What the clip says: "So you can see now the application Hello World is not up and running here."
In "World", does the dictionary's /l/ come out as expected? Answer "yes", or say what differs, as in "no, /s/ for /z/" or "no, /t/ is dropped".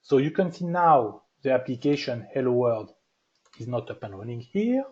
no, /l/ is dropped